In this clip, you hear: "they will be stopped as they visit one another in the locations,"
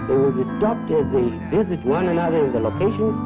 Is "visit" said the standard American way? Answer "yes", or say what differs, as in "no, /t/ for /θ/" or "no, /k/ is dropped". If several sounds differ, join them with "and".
yes